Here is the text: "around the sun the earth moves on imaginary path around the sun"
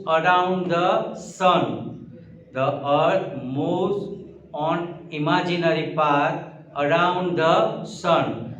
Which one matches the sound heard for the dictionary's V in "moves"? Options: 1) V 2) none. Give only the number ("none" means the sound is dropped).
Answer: 2